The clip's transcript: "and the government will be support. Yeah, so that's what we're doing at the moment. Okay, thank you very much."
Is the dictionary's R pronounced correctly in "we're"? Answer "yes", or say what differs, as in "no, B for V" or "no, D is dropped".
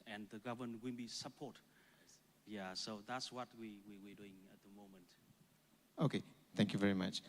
no, W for R